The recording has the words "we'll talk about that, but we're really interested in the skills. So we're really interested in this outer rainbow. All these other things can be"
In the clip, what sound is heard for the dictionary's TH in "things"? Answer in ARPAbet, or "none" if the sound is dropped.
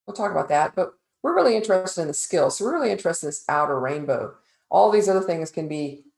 TH